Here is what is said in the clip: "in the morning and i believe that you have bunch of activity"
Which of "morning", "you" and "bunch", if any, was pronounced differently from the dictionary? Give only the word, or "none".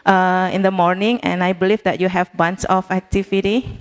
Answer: bunch